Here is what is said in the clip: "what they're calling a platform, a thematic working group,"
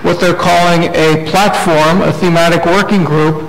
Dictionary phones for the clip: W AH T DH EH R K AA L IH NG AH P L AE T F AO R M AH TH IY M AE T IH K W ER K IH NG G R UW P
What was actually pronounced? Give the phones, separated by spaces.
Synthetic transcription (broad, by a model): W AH T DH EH R K AA L IH NG AH P L AE T F AO R M AH TH IY M AE T IH K W ER K IH NG G R UW P